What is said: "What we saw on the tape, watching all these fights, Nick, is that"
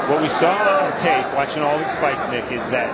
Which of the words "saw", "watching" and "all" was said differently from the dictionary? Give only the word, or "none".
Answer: none